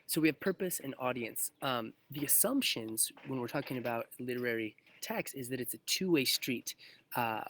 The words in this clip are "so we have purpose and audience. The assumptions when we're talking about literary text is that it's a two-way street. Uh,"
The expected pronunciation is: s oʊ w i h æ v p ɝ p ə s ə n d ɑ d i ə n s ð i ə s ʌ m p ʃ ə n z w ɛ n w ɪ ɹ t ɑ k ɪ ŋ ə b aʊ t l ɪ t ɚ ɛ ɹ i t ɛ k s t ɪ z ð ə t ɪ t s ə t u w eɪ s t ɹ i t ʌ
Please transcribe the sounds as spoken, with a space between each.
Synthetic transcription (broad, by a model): s oʊ w i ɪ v p ɝ p ə s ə n ɑ d i ə n s ð i ə s ʌ m p ʃ ə n z w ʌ n w ɪ ɹ t ɑ k ɪ ŋ ə b aʊ t l ɪ t ɚ ɛ ɹ i t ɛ k s ɪ z ð ə t ɪ t s ə t u w eɪ s t ɹ i t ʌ